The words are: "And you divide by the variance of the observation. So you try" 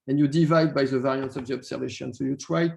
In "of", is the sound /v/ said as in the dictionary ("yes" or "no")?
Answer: no